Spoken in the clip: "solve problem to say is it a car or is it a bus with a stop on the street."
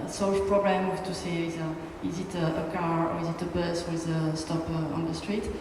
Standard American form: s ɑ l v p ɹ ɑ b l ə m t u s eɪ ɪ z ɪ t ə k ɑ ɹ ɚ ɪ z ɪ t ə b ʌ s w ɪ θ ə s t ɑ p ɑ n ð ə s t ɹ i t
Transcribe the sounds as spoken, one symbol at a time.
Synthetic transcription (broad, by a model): s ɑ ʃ p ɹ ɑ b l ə m t u s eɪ ɪ z ɪ t ə k ɑ ɹ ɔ ɪ z ɪ t ə b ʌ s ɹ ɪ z ə s t ɑ p ɑ n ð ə s t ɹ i t